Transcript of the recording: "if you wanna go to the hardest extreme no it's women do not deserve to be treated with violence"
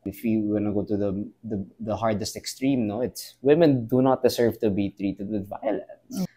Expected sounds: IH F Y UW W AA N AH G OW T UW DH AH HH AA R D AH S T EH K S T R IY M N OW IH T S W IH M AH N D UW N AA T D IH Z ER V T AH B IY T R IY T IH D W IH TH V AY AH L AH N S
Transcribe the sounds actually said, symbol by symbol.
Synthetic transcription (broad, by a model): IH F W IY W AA N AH G OW T UW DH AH HH AA R D AH S T EH K S T R IY M N OW IH T S W IH M AH N D UW N AA T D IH S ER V T AH B IY T R IY T IH D W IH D V AY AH L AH N S